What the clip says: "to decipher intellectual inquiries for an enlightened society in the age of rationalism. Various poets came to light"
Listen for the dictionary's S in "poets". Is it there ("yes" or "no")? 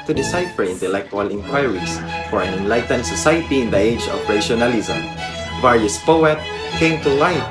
no